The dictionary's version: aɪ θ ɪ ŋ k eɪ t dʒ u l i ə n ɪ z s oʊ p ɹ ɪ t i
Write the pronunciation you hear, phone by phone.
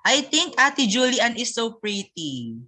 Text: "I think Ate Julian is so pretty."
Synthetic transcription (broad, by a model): aɪ t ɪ ŋ k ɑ t dʒ u l i ə n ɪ s oʊ p ɹ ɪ t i